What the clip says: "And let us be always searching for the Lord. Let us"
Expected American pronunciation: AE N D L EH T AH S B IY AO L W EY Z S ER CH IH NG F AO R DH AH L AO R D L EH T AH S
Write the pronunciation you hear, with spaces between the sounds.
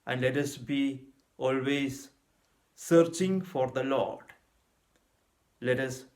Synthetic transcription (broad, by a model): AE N D L EH T AH S B IY AO L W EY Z S ER CH IH NG F AO R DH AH L AO R D L EH T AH S